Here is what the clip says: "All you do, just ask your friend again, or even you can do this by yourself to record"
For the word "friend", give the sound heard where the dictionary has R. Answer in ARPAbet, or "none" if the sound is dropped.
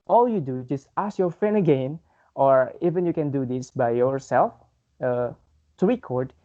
none